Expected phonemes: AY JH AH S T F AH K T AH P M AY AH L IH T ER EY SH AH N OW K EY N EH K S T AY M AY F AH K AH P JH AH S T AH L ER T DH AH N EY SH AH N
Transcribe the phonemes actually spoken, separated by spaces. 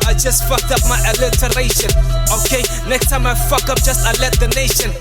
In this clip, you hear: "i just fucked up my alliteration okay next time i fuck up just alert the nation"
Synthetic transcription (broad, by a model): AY JH AH S T F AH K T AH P M AY AH L IH T ER EY SH AH N OW K EY N EH K S T AY M AY F AH K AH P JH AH S T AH L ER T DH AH N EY SH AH N